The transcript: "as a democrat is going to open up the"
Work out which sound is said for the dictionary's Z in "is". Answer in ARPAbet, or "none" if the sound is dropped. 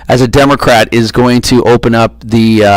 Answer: Z